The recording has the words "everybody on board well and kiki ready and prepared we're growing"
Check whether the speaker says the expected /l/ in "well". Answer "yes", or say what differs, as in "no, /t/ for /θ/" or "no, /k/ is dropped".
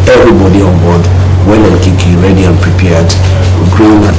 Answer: no, /n/ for /l/